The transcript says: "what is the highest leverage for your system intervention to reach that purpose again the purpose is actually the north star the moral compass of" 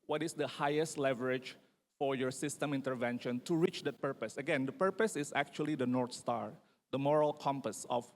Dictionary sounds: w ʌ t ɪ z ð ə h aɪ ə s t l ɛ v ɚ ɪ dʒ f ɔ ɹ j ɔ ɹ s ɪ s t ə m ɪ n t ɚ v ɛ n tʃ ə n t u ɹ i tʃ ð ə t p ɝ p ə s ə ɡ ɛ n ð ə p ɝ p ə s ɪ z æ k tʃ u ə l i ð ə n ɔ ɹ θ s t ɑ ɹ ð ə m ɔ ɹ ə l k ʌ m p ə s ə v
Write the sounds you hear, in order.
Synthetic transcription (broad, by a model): w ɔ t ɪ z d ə h aɪ ə s t l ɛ v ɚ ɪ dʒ f ɔ ɹ j ɔ ɹ s ɪ s t ə m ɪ n t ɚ v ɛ n ʃ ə n t u ɹ i tʃ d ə t p ɝ p ə s ə ɡ ɛ n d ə p ɝ p ə s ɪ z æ k tʃ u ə l i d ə n ɔ ɹ t s t ɑ ɹ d ə m ɔ ɹ ə l k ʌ m p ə s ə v